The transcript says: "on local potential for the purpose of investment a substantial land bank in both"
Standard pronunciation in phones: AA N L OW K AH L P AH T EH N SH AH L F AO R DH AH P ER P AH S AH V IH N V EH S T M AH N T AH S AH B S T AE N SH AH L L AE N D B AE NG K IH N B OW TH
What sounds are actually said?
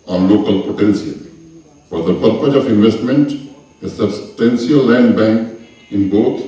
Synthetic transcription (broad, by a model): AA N L OW K AH L P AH T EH N S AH L F AO R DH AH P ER P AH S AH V IH N V EH S T M AH N T AH S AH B S T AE N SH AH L L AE N D B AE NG K IH N B OW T